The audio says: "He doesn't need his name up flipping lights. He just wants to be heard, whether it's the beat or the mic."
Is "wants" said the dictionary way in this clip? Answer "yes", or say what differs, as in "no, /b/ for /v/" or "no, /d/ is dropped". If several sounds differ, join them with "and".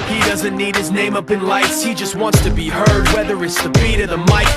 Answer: yes